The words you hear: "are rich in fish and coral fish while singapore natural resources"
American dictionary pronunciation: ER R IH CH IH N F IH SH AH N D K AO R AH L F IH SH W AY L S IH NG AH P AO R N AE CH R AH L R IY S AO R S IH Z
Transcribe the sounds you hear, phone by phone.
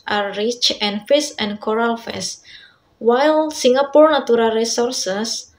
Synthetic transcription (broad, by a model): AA R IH CH IH N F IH S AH N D K AO R AH L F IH S W AY L S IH NG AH P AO R N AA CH R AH L R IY S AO R S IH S